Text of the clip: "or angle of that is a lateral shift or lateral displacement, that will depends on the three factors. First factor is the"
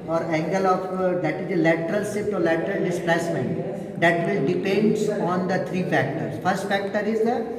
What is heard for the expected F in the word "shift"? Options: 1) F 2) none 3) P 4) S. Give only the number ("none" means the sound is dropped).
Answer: 2